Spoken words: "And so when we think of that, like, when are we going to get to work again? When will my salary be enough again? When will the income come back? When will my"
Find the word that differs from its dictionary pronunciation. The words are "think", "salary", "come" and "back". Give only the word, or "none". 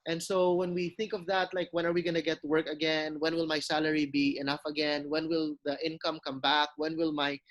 none